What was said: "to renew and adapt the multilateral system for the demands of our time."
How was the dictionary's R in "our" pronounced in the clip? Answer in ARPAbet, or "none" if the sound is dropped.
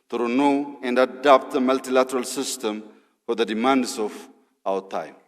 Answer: W